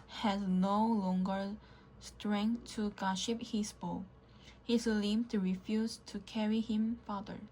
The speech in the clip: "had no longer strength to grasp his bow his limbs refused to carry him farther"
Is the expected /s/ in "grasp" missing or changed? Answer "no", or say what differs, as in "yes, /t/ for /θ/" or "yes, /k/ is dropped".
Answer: yes, /s/ is dropped